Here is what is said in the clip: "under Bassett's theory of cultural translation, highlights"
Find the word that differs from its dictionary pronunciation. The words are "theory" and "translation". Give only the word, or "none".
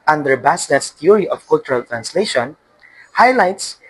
theory